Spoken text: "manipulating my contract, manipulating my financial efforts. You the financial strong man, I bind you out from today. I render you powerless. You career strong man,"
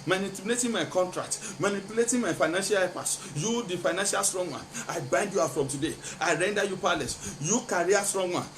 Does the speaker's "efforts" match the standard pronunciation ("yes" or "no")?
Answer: no